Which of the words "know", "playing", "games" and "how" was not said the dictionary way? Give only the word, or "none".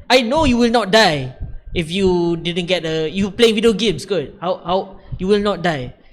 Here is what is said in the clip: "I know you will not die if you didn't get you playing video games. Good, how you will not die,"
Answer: games